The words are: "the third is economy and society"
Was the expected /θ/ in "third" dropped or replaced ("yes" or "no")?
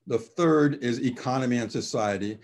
no